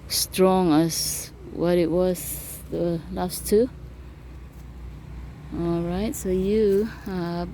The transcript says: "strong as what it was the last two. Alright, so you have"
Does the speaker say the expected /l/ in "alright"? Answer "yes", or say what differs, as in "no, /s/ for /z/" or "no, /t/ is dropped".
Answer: yes